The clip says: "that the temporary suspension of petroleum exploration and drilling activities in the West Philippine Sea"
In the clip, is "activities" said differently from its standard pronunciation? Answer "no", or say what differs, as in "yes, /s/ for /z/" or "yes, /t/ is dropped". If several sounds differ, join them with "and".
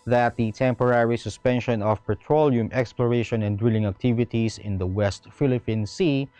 yes, /s/ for /z/